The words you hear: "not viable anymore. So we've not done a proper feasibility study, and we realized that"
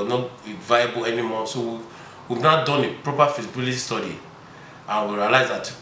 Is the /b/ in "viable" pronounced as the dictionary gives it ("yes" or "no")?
yes